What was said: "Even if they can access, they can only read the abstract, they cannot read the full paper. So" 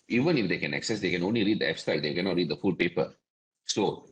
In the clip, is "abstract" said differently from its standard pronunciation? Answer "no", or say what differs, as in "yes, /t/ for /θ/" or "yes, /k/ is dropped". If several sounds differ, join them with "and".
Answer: yes, /ɹ/ is dropped